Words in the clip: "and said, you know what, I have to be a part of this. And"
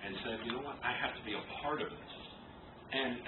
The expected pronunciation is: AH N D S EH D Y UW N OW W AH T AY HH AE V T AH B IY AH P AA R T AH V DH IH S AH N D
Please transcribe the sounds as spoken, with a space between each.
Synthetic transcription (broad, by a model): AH N S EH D Y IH N OW W AH T AY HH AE F T AH B IY AH P AA R T AH V DH IH S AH N